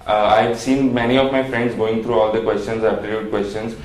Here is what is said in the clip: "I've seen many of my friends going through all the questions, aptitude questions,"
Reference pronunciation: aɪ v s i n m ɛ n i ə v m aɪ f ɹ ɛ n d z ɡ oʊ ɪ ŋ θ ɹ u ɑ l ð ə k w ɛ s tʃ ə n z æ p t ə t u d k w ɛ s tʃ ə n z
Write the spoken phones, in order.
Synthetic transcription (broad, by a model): aɪ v s i n m ɛ n i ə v m aɪ f ɹ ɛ n d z ɡ oʊ ɪ ŋ t ɹ u ɑ l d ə k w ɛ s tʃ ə n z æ f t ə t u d k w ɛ s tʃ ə n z